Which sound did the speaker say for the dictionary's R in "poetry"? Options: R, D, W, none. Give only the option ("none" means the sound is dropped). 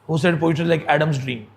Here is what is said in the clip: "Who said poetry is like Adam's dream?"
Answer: none